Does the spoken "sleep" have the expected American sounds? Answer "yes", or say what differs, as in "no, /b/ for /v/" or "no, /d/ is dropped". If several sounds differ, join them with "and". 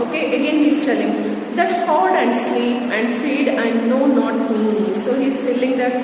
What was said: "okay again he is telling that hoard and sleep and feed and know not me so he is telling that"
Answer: yes